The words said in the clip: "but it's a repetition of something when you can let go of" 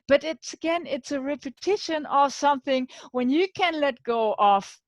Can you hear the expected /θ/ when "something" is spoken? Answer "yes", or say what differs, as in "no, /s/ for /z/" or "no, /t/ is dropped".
yes